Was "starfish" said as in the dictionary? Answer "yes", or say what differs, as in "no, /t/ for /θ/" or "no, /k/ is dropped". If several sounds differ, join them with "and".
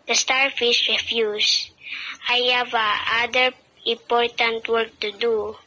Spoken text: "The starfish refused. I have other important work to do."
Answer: no, /s/ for /ʃ/